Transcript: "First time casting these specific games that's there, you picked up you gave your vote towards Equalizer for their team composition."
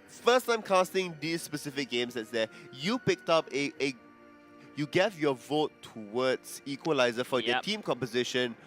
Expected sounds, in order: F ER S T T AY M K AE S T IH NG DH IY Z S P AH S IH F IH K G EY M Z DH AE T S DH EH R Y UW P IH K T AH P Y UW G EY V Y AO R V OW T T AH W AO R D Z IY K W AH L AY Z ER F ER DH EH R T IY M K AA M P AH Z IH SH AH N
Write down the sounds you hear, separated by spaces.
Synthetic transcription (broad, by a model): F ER S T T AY M K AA S T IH NG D IY S P AH S IH F IH K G EY M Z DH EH T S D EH Y UW P IH K T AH P Y UW G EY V Y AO V OW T T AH W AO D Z IY K W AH L AY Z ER F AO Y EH T IY M K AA M P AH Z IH SH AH N